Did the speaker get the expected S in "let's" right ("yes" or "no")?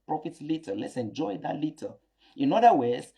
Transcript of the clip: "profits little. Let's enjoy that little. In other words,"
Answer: yes